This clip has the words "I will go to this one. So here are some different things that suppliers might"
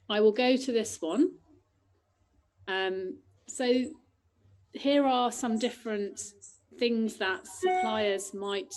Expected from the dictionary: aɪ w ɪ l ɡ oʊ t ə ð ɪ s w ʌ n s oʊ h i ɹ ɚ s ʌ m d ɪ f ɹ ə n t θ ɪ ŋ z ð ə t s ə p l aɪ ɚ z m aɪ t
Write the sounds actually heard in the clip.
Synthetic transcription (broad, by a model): aɪ w ɪ l ɡ oʊ t ə ð ɪ s w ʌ n s oʊ h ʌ ɹ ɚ s ʌ m d ɪ f ɹ ə n t θ ɪ ŋ z ð ə t s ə p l aɪ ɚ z m aɪ t